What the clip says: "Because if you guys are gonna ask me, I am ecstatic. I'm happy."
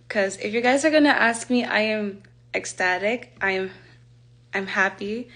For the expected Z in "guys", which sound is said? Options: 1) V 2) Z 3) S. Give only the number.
2